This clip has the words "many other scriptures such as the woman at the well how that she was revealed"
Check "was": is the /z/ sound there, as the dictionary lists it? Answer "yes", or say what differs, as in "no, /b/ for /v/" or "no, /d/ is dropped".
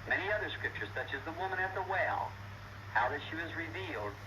yes